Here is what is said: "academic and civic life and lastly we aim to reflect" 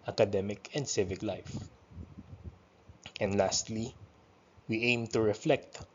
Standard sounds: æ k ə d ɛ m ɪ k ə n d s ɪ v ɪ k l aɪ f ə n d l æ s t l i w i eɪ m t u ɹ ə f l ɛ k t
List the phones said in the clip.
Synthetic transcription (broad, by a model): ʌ k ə d ɛ m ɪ k ə n d s ɪ v ɪ k l aɪ f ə n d l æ s t l i w i eɪ m t u ɹ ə f l ɛ k t